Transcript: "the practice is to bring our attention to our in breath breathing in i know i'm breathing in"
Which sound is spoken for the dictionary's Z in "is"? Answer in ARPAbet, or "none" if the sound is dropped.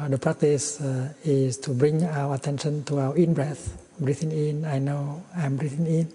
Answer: S